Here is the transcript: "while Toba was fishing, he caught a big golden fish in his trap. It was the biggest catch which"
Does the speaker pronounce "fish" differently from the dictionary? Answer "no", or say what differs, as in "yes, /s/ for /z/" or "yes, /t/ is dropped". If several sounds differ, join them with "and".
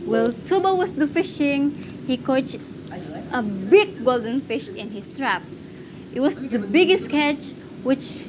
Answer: no